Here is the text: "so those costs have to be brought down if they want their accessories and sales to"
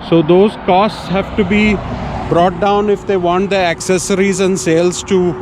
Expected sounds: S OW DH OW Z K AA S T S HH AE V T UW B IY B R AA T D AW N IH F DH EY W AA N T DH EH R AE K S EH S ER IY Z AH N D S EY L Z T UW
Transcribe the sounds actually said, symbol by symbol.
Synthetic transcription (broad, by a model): S OW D OW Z K AA S T S HH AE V T UW B IY B R AA T D AW N IH F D EY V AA N T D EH AE K S EH S ER IY Z AH N D S EY L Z T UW